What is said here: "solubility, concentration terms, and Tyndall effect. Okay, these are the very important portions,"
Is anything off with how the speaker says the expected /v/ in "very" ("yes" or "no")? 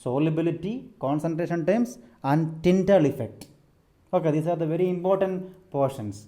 no